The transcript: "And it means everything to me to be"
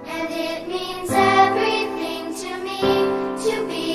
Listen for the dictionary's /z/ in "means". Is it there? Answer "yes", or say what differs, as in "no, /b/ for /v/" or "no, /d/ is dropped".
yes